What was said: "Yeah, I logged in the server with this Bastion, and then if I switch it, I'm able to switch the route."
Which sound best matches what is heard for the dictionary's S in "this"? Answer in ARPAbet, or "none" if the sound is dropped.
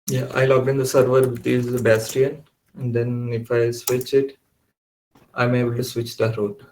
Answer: none